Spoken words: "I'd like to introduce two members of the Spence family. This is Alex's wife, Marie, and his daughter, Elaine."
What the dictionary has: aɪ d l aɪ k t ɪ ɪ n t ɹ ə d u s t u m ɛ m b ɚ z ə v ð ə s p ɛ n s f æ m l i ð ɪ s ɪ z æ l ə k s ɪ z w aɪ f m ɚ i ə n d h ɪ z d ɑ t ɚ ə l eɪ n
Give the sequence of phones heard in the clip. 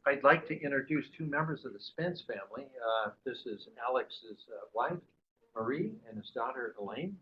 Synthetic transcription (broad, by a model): aɪ d l aɪ k t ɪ ɪ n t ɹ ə d u s t u m ɛ m b ɚ z ə v ð ə s p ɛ n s f æ m l i ð ɪ s ɪ z æ l ə k s ɪ z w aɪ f m ɚ i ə n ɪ z d ɑ t ɚ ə l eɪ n